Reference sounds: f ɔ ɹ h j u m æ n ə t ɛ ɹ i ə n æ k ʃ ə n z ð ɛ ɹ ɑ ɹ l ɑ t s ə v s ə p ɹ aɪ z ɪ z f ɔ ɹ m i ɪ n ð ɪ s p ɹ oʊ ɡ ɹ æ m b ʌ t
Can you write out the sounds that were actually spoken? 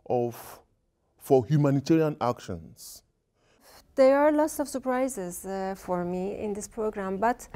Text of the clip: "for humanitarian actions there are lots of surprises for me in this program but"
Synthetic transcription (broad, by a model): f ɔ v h j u m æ n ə t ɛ ɹ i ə n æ k ʃ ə n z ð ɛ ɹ ɑ ɹ l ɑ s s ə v s ə p ɹ aɪ z ɪ z f ɔ ɹ m i ɪ n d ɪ s p ɹ oʊ ɡ ɹ æ m b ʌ t